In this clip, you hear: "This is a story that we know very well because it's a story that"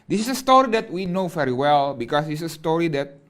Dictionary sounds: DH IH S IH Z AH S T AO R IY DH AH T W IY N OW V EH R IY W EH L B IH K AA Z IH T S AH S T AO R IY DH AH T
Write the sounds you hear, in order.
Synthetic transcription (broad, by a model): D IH S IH S AH S T AO R IY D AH T W IY N OW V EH R IY W EH L B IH K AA S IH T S AH S T AO R IY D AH T